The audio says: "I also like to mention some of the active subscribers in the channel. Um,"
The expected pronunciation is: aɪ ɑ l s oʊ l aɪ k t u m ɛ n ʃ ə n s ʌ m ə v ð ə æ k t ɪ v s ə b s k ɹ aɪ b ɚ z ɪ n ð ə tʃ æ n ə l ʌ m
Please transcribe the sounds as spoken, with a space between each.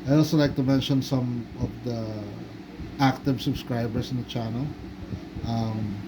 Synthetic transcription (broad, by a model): aɪ ɑ l s oʊ l aɪ k t u m ɛ n ʃ ə n s ʌ m ə v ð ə æ k t ɪ v s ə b s k ɹ aɪ b ɚ s ɪ n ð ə tʃ æ n ə l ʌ m